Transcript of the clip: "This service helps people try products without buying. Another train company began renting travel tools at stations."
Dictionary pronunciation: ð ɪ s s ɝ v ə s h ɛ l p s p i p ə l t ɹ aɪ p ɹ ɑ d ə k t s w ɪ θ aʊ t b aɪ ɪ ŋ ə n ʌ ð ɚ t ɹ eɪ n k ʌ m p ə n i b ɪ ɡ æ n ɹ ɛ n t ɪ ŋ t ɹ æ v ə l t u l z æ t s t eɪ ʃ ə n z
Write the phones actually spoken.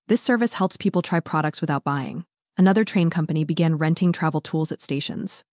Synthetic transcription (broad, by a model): ð ɪ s s ɝ v ə s h ɛ l p s p i p l t ɹ aɪ p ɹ ɑ d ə k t s w ɪ θ aʊ t b aɪ ɪ ŋ ə n ʌ ð ɚ t ɹ eɪ n k ʌ m p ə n i b ɪ ɡ æ n ɹ ɛ n t ɪ ŋ t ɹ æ v l t u l z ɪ t s t eɪ ʃ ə n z